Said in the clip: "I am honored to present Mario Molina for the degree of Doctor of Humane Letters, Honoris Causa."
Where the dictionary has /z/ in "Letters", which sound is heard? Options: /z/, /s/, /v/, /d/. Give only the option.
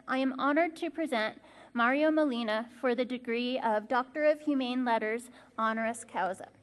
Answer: /z/